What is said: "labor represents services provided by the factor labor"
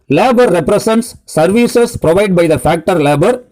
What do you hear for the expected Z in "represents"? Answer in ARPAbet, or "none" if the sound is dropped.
S